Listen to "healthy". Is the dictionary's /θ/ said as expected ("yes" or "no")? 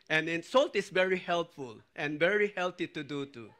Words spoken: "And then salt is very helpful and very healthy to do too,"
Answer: no